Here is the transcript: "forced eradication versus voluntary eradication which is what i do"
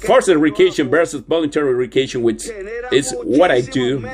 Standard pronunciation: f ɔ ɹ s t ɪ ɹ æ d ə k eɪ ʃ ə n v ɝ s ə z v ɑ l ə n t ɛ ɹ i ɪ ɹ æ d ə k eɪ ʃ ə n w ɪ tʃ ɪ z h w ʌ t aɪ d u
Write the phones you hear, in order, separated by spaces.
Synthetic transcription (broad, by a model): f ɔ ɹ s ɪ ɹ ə k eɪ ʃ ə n b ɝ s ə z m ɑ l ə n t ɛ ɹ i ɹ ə k eɪ ʃ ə n w ɪ tʃ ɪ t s w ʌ t aɪ d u